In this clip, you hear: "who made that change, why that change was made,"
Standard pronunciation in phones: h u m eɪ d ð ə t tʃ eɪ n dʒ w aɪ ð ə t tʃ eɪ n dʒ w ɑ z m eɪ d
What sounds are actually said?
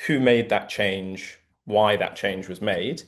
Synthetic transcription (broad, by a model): h u m eɪ d ð ə t tʃ eɪ n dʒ w aɪ ð ə t tʃ eɪ n dʒ w ɑ z m eɪ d